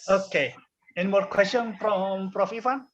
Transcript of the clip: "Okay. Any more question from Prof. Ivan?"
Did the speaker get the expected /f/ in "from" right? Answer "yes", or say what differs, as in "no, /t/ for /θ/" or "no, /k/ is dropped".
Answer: no, /p/ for /f/